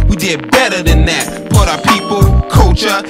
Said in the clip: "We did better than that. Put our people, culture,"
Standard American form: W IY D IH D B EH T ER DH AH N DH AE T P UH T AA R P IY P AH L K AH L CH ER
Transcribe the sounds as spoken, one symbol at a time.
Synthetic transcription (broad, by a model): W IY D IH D B EH T ER DH AH N DH AE T B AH T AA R P IY P L K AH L CH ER